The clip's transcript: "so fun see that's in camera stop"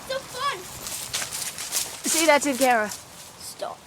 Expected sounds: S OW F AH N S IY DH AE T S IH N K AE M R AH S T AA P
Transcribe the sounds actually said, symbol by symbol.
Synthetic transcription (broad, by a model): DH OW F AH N S IY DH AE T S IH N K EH R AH S T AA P